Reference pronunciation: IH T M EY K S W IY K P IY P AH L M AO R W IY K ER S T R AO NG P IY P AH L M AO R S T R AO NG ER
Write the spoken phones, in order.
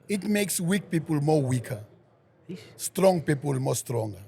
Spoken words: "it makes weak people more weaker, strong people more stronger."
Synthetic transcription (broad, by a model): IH T M EY K S W IY K P IY P AH L M AO W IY K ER S T R AO NG P IY P AH L M AO S T R AO NG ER